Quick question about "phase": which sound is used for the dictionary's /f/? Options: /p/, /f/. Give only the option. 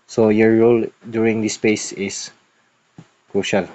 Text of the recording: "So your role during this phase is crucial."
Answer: /p/